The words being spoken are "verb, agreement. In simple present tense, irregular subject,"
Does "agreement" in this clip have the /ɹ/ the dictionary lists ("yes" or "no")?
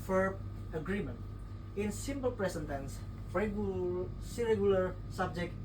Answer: yes